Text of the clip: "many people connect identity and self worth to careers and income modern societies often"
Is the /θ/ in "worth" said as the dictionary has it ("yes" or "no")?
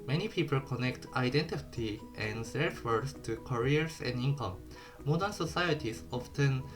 no